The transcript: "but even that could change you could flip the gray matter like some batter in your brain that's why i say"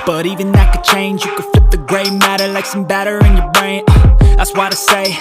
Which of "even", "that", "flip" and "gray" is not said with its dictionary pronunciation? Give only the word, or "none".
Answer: flip